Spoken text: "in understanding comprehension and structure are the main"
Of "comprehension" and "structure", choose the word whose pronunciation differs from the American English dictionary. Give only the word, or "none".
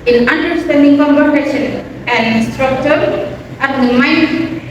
comprehension